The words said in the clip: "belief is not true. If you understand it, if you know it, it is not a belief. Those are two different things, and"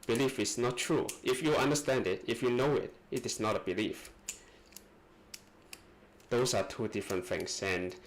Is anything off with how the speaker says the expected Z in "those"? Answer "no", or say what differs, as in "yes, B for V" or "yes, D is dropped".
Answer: yes, S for Z